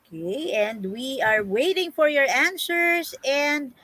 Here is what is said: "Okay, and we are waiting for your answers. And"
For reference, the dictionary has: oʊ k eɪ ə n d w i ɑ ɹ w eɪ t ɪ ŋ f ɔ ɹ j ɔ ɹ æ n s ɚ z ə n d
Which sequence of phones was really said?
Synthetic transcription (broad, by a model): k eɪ ə n d w i ɑ ɹ w eɪ t ɪ ŋ f ɔ ɹ j ɔ ɹ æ n s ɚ s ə n d